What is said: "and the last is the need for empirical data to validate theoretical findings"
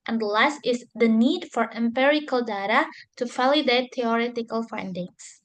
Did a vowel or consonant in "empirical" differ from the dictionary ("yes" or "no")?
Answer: no